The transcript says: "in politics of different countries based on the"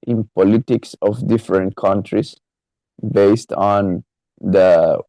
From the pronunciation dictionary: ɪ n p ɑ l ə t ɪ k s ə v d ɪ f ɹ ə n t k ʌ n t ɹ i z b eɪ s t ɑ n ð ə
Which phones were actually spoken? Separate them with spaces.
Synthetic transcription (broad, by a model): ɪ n p ɑ l ə t ɪ k s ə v d ɪ f ɹ ə n t k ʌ n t ɹ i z b eɪ s t ɑ n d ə